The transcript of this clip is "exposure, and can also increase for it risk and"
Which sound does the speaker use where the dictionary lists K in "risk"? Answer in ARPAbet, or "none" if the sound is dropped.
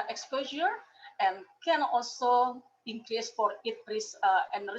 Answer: none